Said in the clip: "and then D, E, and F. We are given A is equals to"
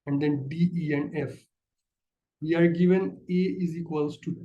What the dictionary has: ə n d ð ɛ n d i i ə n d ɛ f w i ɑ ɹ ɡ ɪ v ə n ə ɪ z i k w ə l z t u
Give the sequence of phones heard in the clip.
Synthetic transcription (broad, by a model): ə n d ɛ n d i i ə n d ɛ f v i ɑ ɹ ɡ ɪ v ə n ə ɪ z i k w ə l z t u